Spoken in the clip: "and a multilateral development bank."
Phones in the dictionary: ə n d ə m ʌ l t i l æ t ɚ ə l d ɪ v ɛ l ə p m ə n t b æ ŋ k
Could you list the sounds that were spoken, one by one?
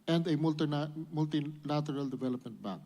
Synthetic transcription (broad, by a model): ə n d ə m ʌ l t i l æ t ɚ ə l d ɪ v ɛ l ə p m ə n t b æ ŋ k